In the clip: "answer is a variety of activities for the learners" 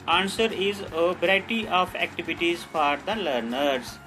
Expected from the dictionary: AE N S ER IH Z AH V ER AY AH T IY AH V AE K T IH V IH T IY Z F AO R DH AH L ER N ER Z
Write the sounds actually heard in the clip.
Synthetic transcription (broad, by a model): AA N S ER IH Z AH B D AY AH T IY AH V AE K T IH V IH T IY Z F AO R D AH L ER N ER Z